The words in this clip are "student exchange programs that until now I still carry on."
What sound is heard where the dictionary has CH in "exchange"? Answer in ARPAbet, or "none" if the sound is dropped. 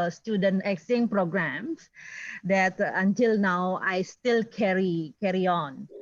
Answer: none